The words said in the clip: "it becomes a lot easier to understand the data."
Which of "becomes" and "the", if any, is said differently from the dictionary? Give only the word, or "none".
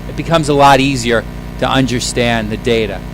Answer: none